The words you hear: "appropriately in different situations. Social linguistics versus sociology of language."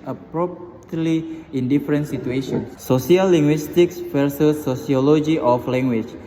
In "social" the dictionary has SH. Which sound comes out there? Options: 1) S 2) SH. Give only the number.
1